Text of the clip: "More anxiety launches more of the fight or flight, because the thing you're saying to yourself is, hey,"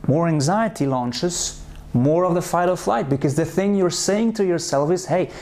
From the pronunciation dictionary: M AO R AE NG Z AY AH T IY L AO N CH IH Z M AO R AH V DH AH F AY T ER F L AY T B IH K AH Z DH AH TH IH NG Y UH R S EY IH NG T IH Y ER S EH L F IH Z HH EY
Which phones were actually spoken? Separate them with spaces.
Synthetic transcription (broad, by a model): M AO R AE NG Z AY AH T IY L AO N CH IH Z M AO R AH V DH AH F AY T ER F L AY T B IH K AH Z DH AH TH IH NG Y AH R S EY IH NG T IH Y ER S EH L F IH Z HH EY